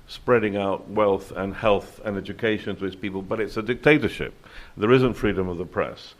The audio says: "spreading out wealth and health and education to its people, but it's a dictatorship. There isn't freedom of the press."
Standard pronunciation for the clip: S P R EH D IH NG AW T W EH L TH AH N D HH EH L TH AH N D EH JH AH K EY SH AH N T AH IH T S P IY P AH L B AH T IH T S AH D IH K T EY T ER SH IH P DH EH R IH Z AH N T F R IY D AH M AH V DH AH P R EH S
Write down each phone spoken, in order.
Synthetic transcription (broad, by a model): S P R EH D IH NG AW T W EH L TH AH N HH EH L TH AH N EH JH AH K EY SH AH N T AH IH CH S P IY P AH L B AH T IH T S AH D IH K T EY T ER SH IH P DH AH R IH Z AH N T F R IY D AH M AH V DH AH P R EH S